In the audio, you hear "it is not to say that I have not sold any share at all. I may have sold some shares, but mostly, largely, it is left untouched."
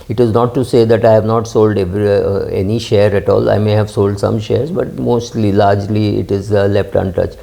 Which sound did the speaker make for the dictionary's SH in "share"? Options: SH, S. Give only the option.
SH